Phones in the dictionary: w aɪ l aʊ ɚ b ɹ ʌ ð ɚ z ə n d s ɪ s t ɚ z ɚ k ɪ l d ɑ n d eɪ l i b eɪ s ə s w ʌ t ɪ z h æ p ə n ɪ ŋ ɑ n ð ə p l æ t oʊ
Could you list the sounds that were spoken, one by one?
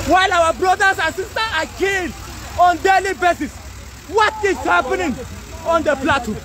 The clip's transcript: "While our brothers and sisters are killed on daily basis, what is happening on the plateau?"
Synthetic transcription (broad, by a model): w aɪ l aʊ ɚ b ɹ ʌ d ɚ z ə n s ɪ s t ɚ ɑ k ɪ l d ɑ n d eɪ l i b eɪ s ə s w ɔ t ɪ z h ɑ p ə n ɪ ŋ ɑ n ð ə p l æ t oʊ